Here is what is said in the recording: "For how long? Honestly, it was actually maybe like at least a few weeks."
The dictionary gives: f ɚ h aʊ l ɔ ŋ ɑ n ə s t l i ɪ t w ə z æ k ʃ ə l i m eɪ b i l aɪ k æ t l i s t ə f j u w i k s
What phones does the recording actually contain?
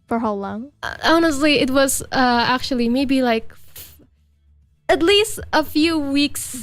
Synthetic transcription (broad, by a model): f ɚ h aʊ l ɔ ŋ ɑ n ə s t l i ɪ t w ə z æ k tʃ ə l i m eɪ b i l aɪ k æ t l i s t ə f j u w i k s